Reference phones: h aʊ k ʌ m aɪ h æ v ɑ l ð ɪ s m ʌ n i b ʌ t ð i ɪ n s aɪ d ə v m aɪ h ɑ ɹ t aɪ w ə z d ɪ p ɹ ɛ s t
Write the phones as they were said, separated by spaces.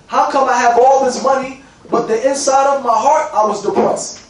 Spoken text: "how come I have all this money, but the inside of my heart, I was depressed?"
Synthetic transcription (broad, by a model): h aʊ k ʌ m aɪ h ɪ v ɑ l ð ɪ s m ʌ n i b ʌ t ð i ɪ n s aɪ d ə v m aɪ h ɑ ɹ t aɪ w ə z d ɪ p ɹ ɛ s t